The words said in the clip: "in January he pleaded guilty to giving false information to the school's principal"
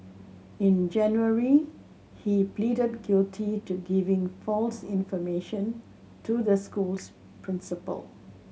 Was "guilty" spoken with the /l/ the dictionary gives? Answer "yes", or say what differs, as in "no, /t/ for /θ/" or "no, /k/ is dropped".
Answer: yes